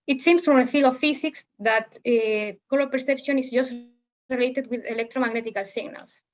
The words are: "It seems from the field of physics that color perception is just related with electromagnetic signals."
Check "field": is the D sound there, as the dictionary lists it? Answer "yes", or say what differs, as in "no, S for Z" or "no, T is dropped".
no, D is dropped